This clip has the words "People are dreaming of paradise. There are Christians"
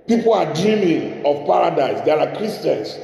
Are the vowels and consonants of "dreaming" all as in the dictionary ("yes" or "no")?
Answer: no